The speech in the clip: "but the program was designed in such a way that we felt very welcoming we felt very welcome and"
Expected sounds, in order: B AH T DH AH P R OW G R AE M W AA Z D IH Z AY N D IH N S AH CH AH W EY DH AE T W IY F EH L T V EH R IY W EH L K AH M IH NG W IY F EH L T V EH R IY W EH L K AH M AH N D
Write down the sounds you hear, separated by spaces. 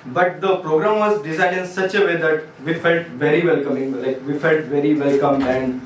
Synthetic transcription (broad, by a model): B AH T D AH P R OW G R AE M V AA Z D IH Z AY D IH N S AH CH AH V EY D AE T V IY F EH L T V EH R IY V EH L K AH M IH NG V IY F EH L T V EH R IY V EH L K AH M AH N D